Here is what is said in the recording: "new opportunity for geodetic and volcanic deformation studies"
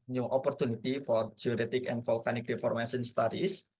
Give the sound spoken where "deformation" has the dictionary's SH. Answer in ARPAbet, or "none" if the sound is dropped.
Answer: S